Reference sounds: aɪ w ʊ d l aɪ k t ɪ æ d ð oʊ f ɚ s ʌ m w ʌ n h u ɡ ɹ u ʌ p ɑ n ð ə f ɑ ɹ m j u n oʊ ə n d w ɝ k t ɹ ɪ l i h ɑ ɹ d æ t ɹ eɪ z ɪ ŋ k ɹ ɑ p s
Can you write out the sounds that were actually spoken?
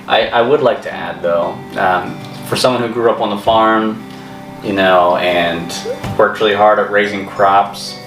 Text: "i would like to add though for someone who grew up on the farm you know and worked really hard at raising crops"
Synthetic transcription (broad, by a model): aɪ w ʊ d l aɪ k t ɪ æ d ð oʊ f ɚ s ʌ m w ʌ n h u ɡ ɹ u ʌ p n ð ə f ɑ ɹ m j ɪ n oʊ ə n w ɝ k t ɹ ɪ l i h ɑ ɹ d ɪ t ɹ eɪ z ɪ ŋ k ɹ ɑ p s